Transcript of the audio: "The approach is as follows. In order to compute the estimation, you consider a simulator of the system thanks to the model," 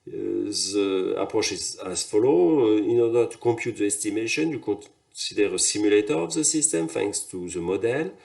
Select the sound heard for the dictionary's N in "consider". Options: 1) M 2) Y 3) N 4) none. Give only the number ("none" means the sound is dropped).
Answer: 4